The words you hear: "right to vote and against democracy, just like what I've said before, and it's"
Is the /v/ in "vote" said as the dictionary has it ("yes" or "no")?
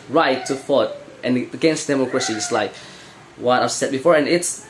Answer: no